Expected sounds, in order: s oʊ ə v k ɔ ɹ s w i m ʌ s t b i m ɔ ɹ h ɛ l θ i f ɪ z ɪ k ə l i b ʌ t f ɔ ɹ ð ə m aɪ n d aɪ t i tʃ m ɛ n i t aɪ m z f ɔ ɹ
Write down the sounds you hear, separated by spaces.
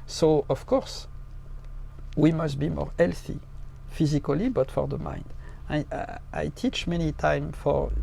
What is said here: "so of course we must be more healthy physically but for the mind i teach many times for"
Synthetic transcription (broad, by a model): s oʊ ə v k ɔ ɹ s w i m ʌ s t b i m ɔ ɹ ɛ l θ i f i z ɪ k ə l i b ʌ t f ɔ ɹ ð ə m aɪ n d aɪ t i tʃ m ɛ n i t aɪ m f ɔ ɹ